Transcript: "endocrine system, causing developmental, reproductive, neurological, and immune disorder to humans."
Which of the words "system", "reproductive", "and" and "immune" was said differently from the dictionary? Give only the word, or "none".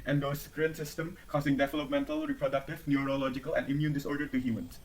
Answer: none